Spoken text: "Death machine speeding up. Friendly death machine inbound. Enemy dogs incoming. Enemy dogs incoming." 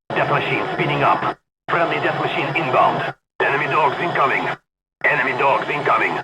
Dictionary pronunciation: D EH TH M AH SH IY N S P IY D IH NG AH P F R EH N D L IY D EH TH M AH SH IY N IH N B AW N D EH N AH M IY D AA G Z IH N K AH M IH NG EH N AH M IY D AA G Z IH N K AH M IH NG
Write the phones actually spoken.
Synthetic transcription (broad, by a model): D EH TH M AH SH IY N S P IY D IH NG AH P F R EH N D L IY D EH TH M AH SH IY N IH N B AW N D EH N AH M IY D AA G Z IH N K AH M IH NG EH N AH M IY D AA G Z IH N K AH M IH NG